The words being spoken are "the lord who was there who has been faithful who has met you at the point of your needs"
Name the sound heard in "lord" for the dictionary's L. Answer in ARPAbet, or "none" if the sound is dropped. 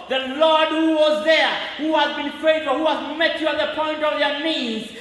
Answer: L